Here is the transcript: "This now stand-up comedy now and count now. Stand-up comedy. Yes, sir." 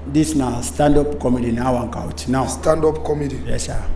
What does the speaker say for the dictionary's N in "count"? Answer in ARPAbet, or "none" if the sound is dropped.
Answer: none